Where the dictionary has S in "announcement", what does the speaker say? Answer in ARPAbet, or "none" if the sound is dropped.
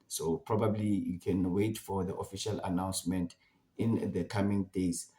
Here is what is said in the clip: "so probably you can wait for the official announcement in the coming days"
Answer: S